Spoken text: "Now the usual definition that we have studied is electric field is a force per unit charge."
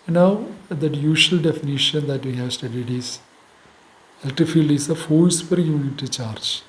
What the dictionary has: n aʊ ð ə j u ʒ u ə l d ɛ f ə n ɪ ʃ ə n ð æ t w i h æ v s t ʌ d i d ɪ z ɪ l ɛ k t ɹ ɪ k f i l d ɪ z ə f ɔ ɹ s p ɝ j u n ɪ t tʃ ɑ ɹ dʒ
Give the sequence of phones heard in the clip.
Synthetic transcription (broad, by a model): n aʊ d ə j u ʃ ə l d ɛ f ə n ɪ ʃ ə n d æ t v i h æ v s t ʌ d i d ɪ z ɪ l t ɪ f i l d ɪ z ə f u l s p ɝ j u n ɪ t tʃ ɑ ɹ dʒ